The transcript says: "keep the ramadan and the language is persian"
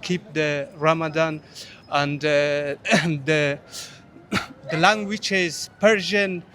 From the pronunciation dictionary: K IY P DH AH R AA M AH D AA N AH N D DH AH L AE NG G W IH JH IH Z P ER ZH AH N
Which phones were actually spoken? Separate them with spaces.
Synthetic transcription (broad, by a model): K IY P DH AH R AA M AH D AA N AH N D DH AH L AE NG G W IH CH IH Z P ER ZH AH N